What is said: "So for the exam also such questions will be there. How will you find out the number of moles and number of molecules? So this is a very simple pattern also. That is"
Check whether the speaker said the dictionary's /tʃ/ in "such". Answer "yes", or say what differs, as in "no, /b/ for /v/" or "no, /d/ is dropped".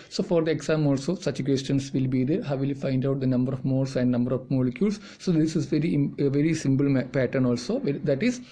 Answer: yes